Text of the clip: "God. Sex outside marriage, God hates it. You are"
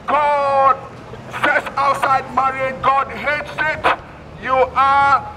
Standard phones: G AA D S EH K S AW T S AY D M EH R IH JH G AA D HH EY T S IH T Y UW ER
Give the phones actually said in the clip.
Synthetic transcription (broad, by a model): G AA D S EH S AW T S AY D M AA R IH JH G AA D HH EY T S IH T Y UW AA